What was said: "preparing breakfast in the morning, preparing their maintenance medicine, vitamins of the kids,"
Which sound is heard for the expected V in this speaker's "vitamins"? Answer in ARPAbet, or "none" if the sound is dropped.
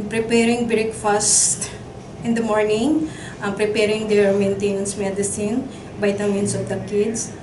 B